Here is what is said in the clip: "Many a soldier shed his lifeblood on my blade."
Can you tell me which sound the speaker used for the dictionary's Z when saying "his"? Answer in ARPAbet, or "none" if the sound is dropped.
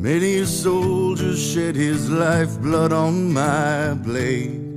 Z